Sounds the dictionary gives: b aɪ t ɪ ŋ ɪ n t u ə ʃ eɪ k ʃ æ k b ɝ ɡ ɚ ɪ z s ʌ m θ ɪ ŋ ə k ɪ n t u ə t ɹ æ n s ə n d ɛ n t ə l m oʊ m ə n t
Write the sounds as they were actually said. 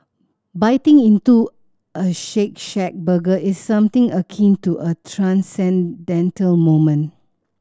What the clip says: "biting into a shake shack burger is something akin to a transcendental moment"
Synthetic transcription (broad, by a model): b aɪ t ɪ ŋ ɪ n t u ə ʃ eɪ k ʃ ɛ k b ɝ ɡ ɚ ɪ s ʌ m t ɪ ŋ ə k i n t u ə t ɹ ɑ n s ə n d ɛ n t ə l m oʊ m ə n